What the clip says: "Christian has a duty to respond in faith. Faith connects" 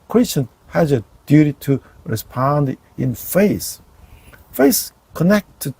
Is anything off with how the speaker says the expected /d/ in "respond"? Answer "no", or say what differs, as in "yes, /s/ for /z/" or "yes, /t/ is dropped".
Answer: no